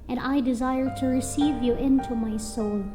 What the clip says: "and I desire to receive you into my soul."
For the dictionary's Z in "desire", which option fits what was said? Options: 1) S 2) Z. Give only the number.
2